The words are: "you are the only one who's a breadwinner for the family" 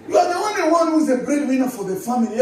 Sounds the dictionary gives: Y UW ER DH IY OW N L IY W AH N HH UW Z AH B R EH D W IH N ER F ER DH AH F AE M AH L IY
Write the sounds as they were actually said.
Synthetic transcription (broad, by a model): Y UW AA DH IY OW N L IY W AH N HH UW Z AH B R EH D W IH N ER F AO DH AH F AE M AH L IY